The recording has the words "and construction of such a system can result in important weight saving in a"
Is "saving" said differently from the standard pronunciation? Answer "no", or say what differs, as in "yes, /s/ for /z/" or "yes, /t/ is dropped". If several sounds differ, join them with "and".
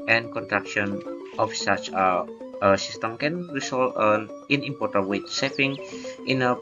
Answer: yes, /f/ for /v/